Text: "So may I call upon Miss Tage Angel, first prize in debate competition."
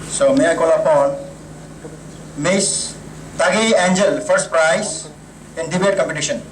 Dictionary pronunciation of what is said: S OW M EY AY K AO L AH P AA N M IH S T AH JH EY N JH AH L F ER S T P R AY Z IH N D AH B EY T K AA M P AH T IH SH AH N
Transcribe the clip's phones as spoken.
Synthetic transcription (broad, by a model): S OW M EY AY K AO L AH P AA N M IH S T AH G EY N JH AH L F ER S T P R AY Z IH N D AH B EY T K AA M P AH T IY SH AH N